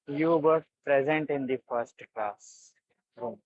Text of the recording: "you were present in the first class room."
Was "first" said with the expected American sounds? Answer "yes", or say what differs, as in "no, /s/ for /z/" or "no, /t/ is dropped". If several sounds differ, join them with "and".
yes